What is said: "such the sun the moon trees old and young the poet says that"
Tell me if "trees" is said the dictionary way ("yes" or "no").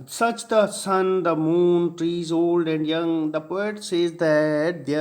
yes